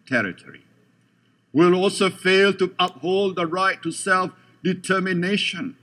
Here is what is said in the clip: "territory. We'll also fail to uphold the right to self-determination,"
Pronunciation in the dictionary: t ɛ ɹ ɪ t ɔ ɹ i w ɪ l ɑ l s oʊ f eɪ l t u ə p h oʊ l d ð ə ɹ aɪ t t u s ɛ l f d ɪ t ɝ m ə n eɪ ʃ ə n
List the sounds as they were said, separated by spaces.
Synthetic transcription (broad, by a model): t ɛ ɹ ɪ t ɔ ɹ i w ɪ l ɑ l s oʊ f eɪ l t u ə p h oʊ l d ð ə ɹ aɪ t t u s ɛ l f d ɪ t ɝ m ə n eɪ ʃ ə n